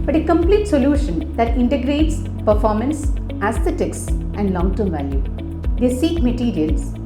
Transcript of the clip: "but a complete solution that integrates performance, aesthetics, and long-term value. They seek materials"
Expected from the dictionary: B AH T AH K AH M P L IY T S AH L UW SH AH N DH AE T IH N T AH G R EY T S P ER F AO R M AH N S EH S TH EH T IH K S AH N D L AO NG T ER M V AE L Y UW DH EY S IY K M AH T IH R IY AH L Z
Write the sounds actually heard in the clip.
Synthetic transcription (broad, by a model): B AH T AH K AH M P L IY T S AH L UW SH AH N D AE T IH N T AH G R EY T S P ER F AO R M AH N S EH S T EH T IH K S AH N D L AO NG T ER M V AE L Y UW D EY S IY K M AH T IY R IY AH L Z